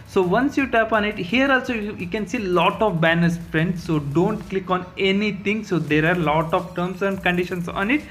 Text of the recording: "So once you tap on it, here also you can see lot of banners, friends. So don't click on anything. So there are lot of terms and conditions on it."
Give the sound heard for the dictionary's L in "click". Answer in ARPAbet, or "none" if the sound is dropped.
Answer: L